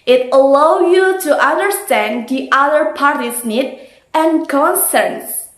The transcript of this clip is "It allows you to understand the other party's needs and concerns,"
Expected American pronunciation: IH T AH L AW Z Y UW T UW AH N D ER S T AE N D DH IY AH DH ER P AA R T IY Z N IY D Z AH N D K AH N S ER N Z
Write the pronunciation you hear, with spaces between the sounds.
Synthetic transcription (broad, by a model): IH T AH L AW Y UW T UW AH N D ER S T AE N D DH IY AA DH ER P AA R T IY S N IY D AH N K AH N S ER N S